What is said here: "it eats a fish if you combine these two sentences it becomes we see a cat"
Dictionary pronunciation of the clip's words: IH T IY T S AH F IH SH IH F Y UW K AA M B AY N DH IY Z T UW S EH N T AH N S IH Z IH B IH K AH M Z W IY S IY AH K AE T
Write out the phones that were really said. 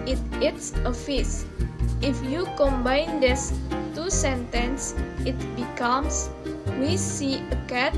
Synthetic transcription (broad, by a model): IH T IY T S AH F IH S IH F Y UW K AA M B AY N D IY S T UW S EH N T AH N S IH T B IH K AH M S W IY S IY AH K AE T